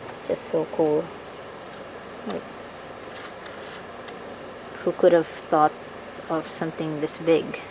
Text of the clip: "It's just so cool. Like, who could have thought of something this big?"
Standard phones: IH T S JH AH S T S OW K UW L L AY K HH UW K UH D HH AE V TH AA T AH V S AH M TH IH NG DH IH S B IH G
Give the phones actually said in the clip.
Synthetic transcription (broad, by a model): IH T S JH AH S T S OW K UW L L AY K HH UW K UH D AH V TH AA T AH V S AH M TH IH NG DH IH S B IH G